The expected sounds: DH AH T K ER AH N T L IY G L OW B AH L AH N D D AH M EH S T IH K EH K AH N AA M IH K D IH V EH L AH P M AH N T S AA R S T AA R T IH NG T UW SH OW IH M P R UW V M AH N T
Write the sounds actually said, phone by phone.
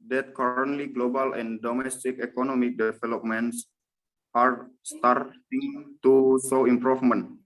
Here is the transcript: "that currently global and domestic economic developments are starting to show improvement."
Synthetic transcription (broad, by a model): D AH T K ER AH N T L IY G L OW B AH L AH N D D AH M EH S T IH K EH K AH N AA M IH K D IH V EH L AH P M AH N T S AA R S T AA R T IH NG T UW S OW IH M P R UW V M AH N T